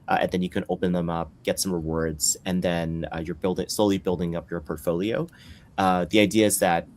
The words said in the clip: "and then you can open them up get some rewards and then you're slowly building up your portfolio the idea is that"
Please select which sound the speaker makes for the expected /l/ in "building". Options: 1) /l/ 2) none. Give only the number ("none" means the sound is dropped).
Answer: 1